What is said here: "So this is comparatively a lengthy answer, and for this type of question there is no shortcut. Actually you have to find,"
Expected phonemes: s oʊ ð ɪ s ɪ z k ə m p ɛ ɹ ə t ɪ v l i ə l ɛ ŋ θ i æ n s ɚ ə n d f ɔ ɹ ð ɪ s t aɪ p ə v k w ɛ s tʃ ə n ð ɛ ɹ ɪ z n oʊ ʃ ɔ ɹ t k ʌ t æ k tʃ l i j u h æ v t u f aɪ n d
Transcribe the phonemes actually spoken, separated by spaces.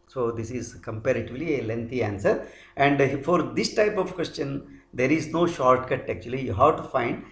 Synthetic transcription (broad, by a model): s oʊ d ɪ s ɪ z k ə m p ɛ ɹ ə t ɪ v l i ə l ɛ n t i æ n s ɚ ə n d f ɔ ɹ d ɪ s t aɪ p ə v k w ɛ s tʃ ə n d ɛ ɹ ɪ z n oʊ ʃ ɔ ɹ t k ʌ t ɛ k tʃ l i j u h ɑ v t u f aɪ n d